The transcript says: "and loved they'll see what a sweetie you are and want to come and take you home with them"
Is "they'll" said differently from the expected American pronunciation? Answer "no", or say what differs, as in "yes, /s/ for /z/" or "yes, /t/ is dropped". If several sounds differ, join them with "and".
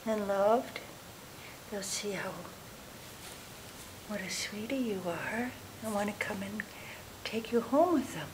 no